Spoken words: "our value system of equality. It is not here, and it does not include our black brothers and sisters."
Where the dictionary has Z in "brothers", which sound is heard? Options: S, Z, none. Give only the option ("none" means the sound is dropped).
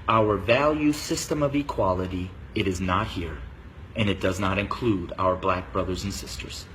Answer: Z